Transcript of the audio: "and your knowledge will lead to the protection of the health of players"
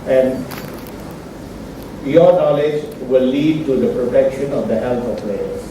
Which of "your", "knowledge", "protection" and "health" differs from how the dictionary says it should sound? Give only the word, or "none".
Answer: health